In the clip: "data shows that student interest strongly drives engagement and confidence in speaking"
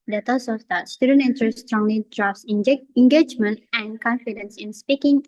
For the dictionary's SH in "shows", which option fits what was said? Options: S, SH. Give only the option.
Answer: S